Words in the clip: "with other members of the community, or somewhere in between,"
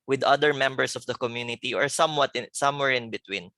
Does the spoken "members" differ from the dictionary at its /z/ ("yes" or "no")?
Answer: yes